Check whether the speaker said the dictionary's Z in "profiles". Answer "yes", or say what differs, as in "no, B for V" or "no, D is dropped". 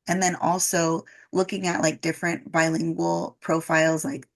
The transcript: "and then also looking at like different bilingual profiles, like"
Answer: yes